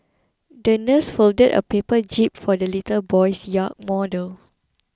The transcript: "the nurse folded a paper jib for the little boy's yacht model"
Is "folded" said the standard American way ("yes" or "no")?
yes